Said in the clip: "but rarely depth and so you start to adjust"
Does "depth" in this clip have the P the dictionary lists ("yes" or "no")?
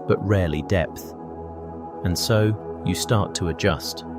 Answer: yes